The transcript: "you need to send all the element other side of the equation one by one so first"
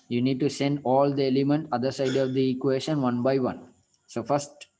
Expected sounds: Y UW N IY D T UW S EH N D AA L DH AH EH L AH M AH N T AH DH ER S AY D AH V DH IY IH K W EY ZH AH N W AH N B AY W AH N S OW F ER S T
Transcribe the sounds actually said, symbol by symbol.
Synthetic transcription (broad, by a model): Y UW N IY D T UW S EH N D AA L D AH EH L AH M AH N T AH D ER S AY D AH V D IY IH K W EY SH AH N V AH N B AY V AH N S OW F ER S T